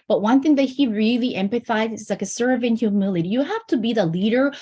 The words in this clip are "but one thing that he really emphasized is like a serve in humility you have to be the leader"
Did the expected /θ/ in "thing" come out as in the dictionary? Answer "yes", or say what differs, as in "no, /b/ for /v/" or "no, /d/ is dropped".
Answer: yes